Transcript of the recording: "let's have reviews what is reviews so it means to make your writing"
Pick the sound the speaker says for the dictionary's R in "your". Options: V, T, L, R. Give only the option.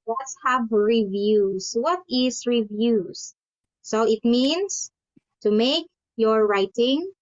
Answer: R